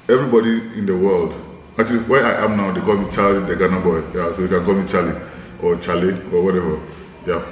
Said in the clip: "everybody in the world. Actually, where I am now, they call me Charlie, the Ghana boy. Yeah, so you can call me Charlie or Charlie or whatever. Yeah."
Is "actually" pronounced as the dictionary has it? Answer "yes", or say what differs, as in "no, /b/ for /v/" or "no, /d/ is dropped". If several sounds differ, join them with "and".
no, /k/ is dropped